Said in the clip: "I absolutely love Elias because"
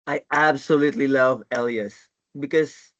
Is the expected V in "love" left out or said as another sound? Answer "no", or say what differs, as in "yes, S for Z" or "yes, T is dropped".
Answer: no